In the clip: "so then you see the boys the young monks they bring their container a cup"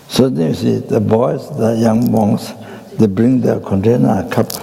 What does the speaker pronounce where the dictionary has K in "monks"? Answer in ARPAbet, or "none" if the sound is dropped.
none